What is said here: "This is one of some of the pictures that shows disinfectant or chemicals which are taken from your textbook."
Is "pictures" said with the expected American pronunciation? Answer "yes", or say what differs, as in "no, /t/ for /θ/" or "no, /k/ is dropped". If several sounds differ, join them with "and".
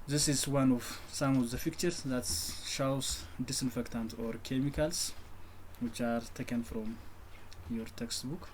no, /f/ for /p/